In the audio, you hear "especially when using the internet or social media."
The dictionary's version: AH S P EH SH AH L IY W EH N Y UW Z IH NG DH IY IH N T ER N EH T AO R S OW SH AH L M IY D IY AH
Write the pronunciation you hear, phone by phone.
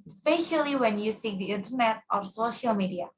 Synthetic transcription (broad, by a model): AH S P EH SH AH L IY W EH N Y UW S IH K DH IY IH N T ER N EH T AO R S OW SH AH L M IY D IY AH